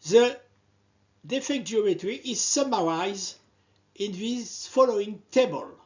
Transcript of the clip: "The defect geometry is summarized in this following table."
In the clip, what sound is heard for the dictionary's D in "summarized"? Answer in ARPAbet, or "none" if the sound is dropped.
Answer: none